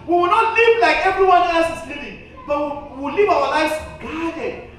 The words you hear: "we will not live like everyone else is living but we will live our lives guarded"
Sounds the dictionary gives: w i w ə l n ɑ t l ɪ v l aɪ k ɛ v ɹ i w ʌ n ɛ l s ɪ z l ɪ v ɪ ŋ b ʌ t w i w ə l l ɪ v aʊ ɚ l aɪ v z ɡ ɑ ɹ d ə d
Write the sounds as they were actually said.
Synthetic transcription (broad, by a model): w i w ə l n ɑ t l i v l aɪ k ɛ v ɹ i w ʌ n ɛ s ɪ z l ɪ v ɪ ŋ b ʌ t w i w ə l l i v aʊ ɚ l aɪ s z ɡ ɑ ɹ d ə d